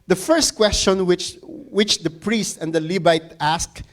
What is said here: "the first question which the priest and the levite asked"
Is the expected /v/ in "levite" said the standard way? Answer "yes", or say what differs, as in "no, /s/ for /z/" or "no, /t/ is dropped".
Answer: no, /b/ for /v/